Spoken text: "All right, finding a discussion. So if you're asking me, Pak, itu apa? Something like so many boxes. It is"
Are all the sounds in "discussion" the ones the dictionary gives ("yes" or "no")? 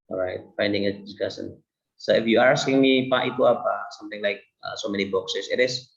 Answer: no